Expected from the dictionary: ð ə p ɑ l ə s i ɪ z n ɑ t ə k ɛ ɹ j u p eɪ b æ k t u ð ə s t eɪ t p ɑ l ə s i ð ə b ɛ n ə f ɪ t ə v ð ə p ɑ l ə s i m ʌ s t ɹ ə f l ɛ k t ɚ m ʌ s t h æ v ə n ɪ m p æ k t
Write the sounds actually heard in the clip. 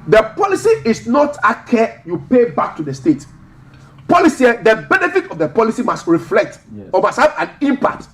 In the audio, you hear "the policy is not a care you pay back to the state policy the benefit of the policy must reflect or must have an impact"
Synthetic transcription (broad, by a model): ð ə p ɑ l ə s i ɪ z n ɑ t ə k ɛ j u p eɪ b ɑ k t u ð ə s t eɪ t p ɑ l ə s i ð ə b ɛ n ə f ɪ t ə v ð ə p ɑ l ə s i m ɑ s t ɹ ə f l ɛ k t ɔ m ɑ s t h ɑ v ə n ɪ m p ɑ k t